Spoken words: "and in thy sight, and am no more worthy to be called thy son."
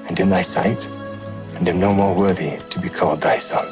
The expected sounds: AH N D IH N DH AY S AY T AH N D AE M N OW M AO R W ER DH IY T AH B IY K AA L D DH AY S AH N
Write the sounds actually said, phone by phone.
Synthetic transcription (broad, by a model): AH N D IH N DH AY S AY T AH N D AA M N OW M AO R W ER DH IY T AH B IY K AA L D DH AY S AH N